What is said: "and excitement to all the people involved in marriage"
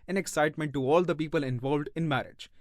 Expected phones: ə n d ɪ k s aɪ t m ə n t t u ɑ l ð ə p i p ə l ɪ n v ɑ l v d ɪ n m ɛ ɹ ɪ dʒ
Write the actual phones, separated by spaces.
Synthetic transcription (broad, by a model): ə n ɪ k s aɪ t m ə n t t u ɑ l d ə p i p ə l ɪ n v ɑ l v d ɪ n m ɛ ɹ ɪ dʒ